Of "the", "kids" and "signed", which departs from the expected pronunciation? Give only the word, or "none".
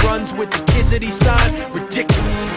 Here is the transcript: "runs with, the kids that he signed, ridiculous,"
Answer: signed